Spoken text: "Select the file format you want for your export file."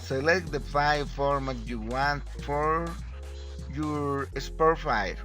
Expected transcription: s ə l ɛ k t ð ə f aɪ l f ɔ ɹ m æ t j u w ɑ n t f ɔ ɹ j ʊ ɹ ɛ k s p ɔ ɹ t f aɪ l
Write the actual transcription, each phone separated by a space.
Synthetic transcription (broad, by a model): s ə l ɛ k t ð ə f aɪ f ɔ ɹ m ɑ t j u w ɑ n t f ɔ ɹ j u ɹ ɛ s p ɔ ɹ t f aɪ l